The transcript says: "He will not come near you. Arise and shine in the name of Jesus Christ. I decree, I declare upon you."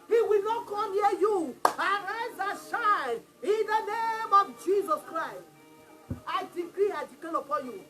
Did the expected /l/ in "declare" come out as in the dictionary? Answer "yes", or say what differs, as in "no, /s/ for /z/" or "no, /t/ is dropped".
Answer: no, /l/ is dropped